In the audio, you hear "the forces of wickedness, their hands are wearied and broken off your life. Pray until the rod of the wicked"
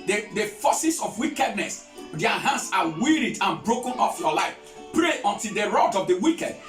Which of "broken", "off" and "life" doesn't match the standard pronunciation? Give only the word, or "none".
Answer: none